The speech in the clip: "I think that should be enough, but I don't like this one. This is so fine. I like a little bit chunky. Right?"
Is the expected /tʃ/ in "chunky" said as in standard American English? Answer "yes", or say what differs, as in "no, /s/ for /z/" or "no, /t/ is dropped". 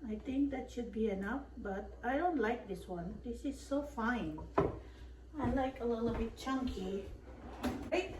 yes